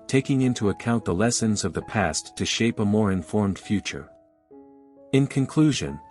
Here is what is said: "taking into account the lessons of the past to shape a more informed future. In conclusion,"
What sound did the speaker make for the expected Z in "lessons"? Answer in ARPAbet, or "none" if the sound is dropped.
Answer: Z